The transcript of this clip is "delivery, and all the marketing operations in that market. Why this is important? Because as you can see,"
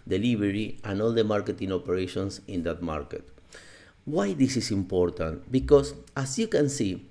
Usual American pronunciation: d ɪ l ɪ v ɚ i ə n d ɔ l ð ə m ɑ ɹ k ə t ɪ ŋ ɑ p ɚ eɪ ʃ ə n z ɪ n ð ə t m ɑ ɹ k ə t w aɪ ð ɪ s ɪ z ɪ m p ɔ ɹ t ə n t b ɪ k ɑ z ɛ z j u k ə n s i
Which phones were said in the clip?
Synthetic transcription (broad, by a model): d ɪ l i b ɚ i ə n ɔ l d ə m ɑ ɹ k ə t ɪ ŋ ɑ p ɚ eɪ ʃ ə n s ɪ n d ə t m ɑ ɹ k ə t w aɪ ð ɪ s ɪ s ɪ m p ɔ ɹ t ə n t b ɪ k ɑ s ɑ s j u k ə n s i